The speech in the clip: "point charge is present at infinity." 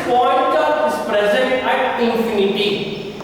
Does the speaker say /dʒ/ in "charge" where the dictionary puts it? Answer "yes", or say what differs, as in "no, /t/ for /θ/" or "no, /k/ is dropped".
no, /dʒ/ is dropped